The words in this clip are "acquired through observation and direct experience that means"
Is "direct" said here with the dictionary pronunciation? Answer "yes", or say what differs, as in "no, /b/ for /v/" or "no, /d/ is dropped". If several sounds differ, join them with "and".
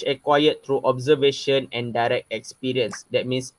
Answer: yes